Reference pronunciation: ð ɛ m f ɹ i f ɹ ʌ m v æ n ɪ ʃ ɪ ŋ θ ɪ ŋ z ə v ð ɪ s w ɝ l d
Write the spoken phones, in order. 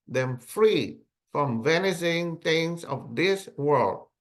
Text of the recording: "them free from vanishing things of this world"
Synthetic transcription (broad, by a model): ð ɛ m f ɹ i f ɹ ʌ m v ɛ n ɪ s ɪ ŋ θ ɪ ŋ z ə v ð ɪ s w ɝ l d